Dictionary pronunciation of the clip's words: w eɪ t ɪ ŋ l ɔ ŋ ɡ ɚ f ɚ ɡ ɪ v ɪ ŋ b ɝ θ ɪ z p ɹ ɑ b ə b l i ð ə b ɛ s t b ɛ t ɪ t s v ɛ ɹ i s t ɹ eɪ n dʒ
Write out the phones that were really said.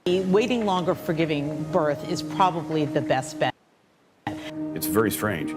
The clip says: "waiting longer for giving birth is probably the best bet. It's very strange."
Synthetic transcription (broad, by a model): w eɪ t ɪ ŋ l ɔ ŋ ɡ ɚ f ɚ ɡ ɪ v ɪ ŋ b ɝ θ ɪ z p ɹ ɑ b ə b l i ð ə b ɛ s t b ɛ t ɪ t s v ɛ ɹ i s t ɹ eɪ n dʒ